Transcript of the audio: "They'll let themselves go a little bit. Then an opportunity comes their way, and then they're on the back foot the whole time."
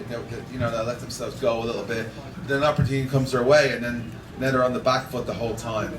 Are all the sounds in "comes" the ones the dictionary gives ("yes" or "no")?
yes